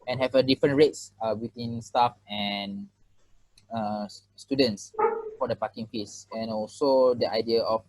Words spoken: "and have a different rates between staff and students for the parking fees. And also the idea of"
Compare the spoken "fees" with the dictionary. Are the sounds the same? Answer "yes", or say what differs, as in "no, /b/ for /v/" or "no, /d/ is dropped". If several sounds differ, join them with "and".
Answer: no, /s/ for /z/